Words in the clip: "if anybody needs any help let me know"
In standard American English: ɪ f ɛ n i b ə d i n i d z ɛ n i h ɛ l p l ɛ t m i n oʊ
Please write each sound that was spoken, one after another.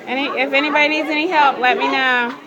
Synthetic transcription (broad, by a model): ɪ f ɛ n i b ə d i n i d z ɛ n i h ɛ l p l ɛ t m i n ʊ